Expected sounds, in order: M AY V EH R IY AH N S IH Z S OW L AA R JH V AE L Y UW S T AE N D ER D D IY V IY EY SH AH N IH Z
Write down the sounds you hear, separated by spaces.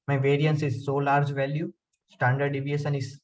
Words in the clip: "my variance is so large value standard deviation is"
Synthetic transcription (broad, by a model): M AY V EH R IY AH N S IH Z S OW L AA R JH V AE L Y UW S T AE N D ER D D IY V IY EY S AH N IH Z